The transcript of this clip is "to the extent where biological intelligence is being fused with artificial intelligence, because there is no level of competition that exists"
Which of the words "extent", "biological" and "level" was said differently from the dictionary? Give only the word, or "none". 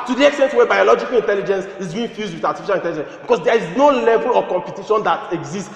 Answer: none